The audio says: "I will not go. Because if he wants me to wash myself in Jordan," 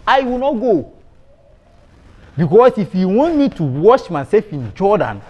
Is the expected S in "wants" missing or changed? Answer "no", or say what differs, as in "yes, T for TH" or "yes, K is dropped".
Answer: yes, S is dropped